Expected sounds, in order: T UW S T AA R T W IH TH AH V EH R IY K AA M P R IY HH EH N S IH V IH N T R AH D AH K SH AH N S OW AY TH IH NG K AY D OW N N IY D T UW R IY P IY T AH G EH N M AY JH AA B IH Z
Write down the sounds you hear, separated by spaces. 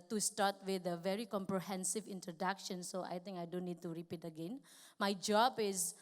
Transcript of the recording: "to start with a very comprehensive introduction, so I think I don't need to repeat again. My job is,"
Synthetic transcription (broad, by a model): T UW S T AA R T W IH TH AH V EH R IY K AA M P R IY HH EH N S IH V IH N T R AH D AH K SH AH N S OW AY T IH NG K AY D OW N N IY D T UW R IY P IY T AH G EH N M AY JH AA B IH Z